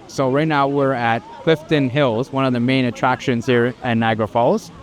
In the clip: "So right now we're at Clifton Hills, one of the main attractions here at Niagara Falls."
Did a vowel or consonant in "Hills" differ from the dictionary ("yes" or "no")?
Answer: no